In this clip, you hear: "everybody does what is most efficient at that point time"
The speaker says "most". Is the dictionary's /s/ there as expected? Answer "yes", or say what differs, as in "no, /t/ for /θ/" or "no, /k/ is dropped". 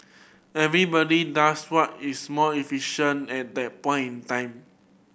no, /s/ is dropped